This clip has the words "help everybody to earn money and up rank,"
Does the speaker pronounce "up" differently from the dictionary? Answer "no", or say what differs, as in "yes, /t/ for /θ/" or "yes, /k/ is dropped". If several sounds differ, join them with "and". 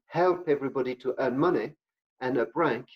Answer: yes, /b/ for /p/